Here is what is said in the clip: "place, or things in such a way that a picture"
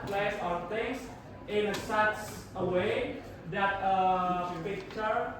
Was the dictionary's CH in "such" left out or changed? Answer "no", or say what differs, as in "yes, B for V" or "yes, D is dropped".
yes, S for CH